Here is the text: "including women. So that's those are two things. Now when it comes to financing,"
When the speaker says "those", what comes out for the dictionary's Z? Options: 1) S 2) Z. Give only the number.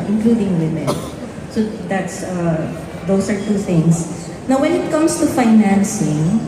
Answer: 1